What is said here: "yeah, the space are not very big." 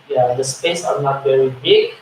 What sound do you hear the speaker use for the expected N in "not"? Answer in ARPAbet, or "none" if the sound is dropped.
N